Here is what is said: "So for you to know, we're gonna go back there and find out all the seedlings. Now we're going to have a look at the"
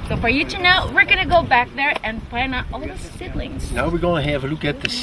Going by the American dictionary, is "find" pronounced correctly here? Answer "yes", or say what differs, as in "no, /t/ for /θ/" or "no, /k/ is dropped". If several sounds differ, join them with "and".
no, /d/ is dropped